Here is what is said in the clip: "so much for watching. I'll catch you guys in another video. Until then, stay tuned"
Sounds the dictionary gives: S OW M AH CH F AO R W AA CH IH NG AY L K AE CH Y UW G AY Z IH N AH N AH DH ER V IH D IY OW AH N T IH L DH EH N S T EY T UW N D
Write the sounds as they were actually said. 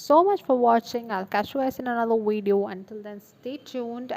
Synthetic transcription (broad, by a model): S OW M AH CH F AO R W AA CH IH NG AY L K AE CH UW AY S IH N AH N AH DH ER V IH D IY OW AH N T IH L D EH N S T EY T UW N D